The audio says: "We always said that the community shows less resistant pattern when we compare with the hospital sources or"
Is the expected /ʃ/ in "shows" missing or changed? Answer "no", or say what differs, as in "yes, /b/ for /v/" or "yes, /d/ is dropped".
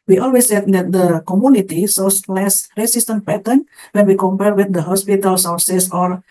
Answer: yes, /s/ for /ʃ/